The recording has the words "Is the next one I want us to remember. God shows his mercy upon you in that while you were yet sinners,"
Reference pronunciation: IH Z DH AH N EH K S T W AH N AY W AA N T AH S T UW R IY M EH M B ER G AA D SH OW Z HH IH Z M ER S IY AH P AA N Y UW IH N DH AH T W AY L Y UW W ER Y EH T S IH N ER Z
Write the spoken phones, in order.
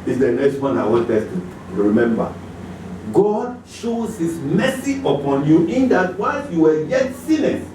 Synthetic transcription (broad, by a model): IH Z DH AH N EH K S T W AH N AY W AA T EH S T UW R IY M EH M B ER G AA D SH OW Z HH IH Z M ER S IY AH P AA N Y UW IH N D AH T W AY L Y UW W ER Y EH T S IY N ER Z